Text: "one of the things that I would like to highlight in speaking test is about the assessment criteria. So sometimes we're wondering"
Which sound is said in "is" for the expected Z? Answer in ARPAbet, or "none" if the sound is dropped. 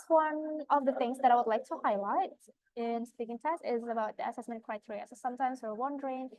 Z